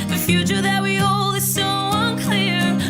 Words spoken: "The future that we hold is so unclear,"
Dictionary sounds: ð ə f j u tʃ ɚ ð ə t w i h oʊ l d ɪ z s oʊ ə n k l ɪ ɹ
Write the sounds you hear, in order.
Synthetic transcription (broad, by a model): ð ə f j u tʃ ɚ ð ə t w i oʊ l ɪ z s oʊ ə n k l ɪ ɹ